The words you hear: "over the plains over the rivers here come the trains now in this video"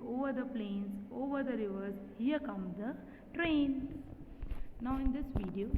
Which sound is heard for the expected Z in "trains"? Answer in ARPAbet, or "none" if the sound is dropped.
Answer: none